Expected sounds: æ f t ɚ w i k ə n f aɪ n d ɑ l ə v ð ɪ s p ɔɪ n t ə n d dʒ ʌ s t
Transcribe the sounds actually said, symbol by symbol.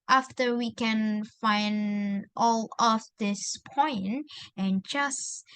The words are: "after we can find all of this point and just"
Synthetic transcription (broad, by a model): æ f t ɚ w i k ə n f aɪ n d ɑ l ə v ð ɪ s p ɔɪ n t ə n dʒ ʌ s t